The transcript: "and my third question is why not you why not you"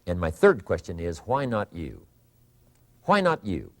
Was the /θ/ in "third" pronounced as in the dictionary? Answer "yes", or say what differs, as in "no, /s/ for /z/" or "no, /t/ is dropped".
yes